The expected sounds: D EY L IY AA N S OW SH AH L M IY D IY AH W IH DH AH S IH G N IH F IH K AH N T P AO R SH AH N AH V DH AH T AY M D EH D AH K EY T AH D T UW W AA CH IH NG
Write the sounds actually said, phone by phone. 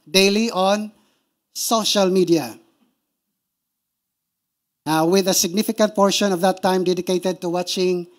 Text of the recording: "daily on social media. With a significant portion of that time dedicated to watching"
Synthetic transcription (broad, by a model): D EY L IY AA N S OW SH AH L M IY D IY AH W IH DH AH S IH G N IH F IH K AH N T P AO R SH AH N AH V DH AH T AY M D EH D AH K EY T AH D T UW W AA CH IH NG